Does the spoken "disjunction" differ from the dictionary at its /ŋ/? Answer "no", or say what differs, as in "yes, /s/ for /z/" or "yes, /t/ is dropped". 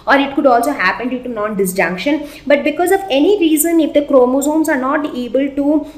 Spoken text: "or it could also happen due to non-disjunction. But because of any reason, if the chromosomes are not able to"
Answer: no